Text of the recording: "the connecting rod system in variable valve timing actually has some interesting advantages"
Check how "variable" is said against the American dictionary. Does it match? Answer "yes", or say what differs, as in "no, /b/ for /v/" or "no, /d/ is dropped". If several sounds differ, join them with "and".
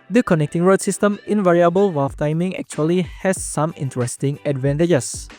yes